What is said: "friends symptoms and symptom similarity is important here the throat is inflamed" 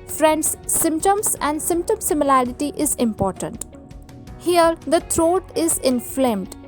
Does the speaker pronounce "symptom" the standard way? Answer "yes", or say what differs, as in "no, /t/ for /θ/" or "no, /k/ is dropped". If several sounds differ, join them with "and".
yes